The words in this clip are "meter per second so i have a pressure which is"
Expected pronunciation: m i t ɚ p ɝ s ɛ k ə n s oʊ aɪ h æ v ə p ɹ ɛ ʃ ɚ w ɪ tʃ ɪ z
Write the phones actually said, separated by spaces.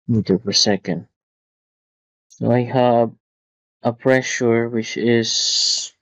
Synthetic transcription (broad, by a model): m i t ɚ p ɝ s ɛ k ə n s oʊ aɪ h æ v ə p ɹ ɛ ʃ ɚ w ɪ tʃ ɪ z